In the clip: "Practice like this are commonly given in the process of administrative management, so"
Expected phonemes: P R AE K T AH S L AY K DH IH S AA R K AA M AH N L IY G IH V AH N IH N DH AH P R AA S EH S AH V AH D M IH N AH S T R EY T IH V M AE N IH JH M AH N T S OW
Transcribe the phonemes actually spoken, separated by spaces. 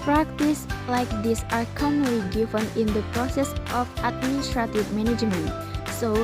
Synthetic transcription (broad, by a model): P R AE K T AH S L AY K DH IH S AA R K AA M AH L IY G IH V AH N IH N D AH P R AA S EH S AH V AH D M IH N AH S T R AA T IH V M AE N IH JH M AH N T S OW